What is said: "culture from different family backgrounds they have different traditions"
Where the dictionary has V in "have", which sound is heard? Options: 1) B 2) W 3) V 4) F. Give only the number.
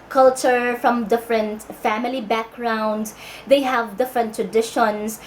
3